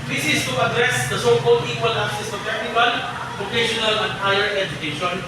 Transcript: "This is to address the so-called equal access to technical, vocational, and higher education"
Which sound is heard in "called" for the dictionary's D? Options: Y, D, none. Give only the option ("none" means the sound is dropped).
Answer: none